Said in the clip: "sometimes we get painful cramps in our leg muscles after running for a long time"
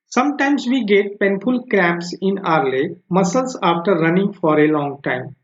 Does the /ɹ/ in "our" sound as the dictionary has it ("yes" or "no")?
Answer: yes